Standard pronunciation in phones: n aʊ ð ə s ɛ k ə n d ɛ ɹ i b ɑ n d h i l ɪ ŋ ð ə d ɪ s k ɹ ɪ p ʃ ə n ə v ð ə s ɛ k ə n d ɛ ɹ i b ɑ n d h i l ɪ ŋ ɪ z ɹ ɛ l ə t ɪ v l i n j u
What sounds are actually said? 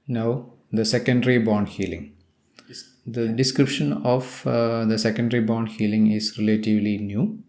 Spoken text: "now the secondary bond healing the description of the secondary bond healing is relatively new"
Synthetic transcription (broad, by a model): n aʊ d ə s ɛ k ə n d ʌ ɹ i b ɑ n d h i l ɪ ŋ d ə d ɪ s k ɹ ɪ p ʃ ə n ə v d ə s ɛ k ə n d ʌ ɹ i b ɑ n d h i l ɪ ŋ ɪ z ɹ ɛ l ə t ɪ v l i n j u